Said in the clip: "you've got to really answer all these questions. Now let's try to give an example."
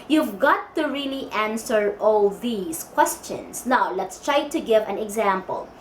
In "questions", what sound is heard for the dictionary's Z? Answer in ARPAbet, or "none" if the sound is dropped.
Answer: S